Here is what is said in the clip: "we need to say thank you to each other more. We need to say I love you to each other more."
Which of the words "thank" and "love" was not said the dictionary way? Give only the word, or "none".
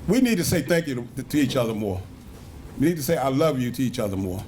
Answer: none